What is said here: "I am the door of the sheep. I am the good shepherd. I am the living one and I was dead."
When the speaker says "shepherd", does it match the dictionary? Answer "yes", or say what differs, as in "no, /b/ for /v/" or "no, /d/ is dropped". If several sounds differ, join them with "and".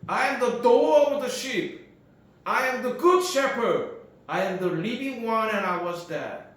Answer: yes